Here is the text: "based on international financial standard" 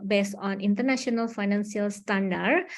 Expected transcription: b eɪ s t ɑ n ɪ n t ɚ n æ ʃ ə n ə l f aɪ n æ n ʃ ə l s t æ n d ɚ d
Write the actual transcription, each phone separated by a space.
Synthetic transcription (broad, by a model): b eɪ s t ɑ n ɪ n t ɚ n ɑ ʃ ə n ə l f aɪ n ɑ n s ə l s t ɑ n d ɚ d